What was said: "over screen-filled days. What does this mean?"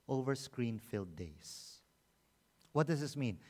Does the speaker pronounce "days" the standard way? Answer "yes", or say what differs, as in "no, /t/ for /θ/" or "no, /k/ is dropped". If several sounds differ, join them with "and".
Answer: no, /s/ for /z/